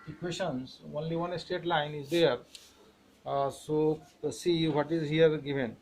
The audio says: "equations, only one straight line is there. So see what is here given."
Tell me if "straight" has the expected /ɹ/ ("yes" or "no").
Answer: no